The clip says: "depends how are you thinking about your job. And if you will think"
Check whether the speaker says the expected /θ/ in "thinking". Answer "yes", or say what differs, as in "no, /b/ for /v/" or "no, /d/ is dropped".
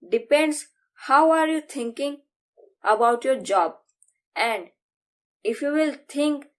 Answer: no, /t/ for /θ/